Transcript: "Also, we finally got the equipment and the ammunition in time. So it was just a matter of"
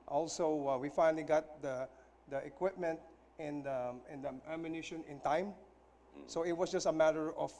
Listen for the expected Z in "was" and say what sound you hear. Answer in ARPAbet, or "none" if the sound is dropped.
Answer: S